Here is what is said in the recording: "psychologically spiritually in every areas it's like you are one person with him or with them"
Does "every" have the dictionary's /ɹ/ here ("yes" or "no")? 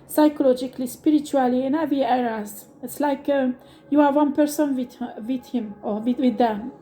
no